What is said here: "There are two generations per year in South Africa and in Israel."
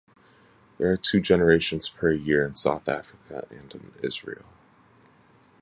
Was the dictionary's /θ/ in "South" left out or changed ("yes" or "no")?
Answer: no